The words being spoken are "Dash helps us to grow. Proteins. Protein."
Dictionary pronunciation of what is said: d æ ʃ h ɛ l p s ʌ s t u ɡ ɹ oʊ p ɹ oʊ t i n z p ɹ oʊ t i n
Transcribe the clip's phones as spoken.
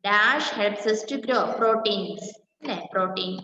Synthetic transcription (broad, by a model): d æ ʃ h ɛ l p s ʌ s t u ɡ ɹ oʊ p ɹ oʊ t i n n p ɹ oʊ t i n